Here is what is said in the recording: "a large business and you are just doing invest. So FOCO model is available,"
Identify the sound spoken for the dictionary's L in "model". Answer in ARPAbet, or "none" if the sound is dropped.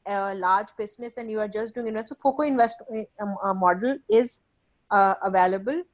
L